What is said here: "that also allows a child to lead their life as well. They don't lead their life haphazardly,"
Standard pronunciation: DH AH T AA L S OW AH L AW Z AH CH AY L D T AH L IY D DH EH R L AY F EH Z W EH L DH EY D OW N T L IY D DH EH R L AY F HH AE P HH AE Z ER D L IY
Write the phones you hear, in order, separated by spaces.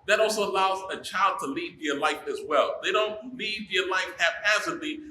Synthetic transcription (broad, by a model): DH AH T AA L S OW AH L AW Z AH CH AY L D T AH L IY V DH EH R L AY F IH Z W EH L DH EY D OW N T L IY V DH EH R L AY F HH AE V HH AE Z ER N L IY